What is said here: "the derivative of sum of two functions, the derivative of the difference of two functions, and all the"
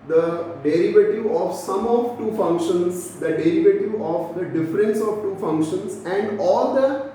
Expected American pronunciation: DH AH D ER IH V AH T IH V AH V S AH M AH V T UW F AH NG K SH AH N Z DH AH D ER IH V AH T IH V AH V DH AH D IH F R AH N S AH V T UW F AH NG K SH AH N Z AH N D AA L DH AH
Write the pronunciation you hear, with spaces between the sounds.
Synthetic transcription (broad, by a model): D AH D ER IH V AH T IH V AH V S AH M AH V T UW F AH NG K SH AH N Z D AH D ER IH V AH T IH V AH V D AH D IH F R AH N S AH V T UW F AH NG K SH AH N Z AH N D AA L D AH